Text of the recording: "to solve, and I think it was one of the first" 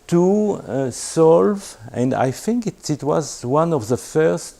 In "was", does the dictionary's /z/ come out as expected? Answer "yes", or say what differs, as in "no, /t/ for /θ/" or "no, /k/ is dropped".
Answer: yes